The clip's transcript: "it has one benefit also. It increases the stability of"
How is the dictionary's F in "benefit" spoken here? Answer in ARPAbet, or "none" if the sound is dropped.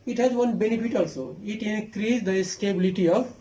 P